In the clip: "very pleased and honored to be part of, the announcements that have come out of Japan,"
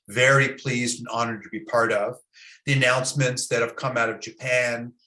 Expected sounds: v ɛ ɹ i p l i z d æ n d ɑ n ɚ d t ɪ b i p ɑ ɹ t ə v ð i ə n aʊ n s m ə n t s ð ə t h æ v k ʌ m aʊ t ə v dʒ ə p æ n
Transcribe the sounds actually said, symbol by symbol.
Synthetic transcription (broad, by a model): v ɛ ɹ i p l i z d n ɑ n ɚ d t ɪ b i p ɑ ɹ t ə v ð i ə n aʊ n s m ə n t s ð ə t h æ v k ʌ m aʊ t ə v dʒ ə p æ n